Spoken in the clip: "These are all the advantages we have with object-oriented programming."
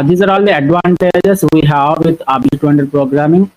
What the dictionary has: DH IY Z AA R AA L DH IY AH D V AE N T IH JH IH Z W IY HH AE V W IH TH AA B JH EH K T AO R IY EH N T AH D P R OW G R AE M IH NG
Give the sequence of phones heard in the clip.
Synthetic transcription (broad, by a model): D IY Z AA R AA L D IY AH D V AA N T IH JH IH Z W IY HH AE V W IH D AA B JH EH T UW IY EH N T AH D P R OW G R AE M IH NG